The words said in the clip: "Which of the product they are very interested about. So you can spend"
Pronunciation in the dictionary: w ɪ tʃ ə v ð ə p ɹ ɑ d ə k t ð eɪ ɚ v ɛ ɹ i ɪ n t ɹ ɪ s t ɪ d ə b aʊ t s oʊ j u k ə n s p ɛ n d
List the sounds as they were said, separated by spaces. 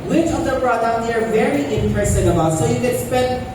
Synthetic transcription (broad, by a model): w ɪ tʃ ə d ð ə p ɹ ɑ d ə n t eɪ ɚ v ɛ ɹ i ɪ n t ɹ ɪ s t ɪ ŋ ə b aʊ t s oʊ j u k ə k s p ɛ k